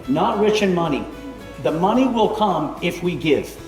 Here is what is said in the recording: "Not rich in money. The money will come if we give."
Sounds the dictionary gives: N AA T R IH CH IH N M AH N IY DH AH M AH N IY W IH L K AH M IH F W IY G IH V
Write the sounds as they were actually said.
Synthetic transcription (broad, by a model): N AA T R IH CH IH N M AH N IY DH AH M AH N IY W IH L K AH M IH F W IY G IH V